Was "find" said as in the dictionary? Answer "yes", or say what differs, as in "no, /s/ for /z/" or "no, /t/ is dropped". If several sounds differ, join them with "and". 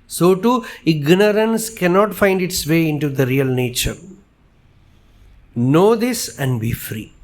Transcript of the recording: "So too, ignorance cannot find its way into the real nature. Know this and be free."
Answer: yes